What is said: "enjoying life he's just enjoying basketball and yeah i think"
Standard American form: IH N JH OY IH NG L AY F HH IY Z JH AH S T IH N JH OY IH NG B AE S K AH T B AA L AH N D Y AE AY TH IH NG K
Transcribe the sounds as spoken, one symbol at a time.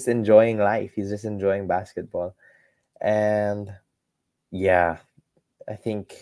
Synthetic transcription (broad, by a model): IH N JH OY IH NG L AY F HH IY Z JH AH S T IH N JH OY IH NG B AE S K AH T B AA L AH N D Y AE AY TH IH NG K